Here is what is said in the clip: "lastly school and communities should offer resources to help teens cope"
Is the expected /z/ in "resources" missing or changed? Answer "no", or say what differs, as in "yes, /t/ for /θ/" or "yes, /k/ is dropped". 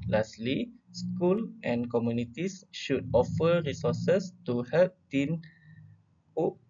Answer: yes, /s/ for /z/